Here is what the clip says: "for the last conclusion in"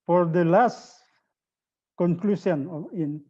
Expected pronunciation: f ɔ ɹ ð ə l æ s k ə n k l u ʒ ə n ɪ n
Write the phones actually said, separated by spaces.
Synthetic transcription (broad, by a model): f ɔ ɹ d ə l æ s k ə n k l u s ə n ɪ n